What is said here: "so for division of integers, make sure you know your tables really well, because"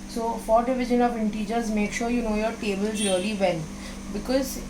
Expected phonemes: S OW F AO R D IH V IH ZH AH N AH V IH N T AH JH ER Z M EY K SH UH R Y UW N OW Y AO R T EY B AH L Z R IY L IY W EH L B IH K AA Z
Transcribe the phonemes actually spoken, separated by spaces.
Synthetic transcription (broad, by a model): S OW F AO R D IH V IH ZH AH N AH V IH N T AH JH ER Z M EY K SH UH R Y UW N OW Y AO R T EY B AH L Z R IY L IY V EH N B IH K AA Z